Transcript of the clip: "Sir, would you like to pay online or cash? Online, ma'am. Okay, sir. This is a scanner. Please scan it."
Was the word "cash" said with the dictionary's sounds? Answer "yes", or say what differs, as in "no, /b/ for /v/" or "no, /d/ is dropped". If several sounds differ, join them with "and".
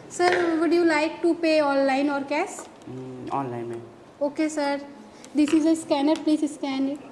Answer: no, /s/ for /ʃ/